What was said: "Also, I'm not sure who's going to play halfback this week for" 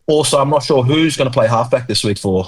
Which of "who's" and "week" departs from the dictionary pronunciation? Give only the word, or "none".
none